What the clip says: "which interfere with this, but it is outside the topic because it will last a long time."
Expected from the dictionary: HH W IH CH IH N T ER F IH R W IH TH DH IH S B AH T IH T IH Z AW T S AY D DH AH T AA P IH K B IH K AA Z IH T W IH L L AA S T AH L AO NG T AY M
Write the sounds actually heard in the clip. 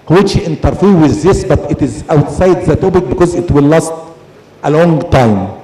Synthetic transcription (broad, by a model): HH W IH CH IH N T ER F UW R W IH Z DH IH S B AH T IH T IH Z AW T S AY D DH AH T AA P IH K B IH K AA Z IH T W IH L L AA S T AH L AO NG T AY M